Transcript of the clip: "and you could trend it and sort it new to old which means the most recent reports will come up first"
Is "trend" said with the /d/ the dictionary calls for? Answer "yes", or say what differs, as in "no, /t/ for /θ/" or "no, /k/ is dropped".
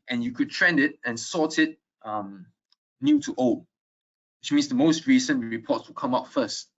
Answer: yes